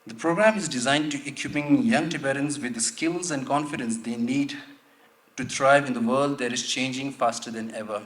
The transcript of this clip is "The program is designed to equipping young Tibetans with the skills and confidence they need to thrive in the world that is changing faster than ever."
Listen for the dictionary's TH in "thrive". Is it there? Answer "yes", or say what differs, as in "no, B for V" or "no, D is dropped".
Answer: no, T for TH